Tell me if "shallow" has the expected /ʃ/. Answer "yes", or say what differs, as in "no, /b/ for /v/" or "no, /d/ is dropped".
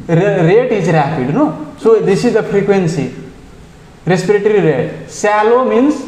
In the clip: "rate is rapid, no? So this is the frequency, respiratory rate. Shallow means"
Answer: no, /s/ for /ʃ/